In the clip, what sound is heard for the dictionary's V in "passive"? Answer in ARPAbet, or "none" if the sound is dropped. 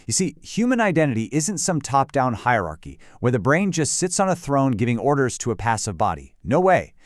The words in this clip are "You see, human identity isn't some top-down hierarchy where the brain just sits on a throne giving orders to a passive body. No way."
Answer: V